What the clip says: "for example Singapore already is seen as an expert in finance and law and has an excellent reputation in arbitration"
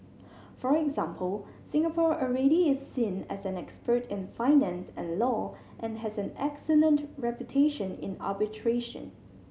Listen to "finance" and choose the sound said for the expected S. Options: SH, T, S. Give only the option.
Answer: S